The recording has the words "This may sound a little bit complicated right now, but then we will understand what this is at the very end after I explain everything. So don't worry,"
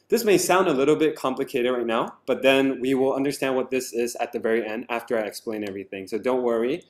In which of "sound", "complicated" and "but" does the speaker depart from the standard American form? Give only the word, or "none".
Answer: none